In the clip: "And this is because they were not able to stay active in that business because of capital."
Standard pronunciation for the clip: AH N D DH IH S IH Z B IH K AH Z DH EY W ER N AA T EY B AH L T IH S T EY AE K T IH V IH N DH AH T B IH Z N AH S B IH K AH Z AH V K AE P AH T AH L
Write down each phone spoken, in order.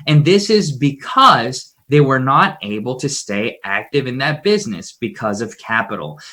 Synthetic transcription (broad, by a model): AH N DH IH S IH Z B IH K AH Z DH EY W ER N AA T EY B L T IH S T EY AE K T IH V IH N DH AH T B IH Z N AH S B IH K AH Z AH V K AE P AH T L